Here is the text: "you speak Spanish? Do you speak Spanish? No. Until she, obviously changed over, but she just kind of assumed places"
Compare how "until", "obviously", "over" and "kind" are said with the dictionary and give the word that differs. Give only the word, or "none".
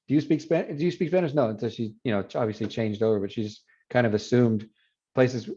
until